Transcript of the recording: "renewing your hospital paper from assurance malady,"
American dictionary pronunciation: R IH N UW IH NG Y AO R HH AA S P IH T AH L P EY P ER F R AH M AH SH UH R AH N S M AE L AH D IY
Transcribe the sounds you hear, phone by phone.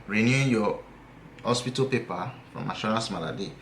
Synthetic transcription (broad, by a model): R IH N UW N Y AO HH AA S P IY T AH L P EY P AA F R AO M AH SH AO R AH S M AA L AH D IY